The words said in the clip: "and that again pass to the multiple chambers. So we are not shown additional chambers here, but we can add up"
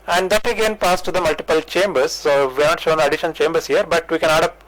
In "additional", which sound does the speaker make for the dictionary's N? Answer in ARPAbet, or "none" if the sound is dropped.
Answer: none